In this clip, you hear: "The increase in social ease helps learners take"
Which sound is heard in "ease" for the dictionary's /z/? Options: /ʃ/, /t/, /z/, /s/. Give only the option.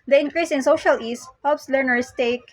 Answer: /s/